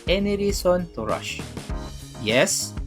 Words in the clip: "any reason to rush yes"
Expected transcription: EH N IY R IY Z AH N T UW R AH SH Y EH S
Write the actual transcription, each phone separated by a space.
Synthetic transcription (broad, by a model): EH N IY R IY S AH N T UW R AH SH Y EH S